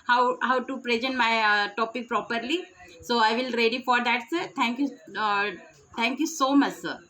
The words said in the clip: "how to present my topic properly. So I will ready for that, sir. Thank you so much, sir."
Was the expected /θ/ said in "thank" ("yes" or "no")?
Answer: no